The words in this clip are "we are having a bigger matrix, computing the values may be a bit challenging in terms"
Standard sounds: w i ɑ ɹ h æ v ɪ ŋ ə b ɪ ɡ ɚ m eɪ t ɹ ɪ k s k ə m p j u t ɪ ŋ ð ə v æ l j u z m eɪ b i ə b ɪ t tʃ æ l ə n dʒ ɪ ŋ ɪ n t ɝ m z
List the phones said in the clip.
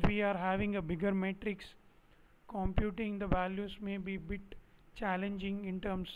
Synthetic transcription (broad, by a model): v i ɑ ɹ h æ v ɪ ŋ ə b ɪ ɡ ɚ m eɪ t ɹ ɪ k s k ə m p j u t ɪ ŋ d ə v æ l j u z m eɪ b i b ɪ t tʃ æ l ə n dʒ ɪ ŋ ɪ n t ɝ m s